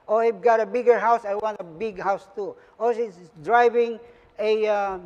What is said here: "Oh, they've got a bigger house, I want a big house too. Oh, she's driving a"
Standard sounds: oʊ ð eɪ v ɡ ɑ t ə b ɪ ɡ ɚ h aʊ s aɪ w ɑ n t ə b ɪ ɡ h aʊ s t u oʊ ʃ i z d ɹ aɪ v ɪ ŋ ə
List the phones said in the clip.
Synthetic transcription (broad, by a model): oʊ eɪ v ɡ ɑ t ə b ɪ ɡ ɚ h aʊ s aɪ w ɑ n t ə b ɪ ɡ h aʊ s t u oʊ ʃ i s d ɹ aɪ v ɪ ŋ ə